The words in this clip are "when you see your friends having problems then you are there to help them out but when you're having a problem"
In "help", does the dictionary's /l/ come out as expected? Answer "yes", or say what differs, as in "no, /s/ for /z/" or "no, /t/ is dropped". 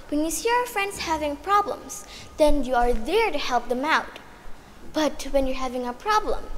yes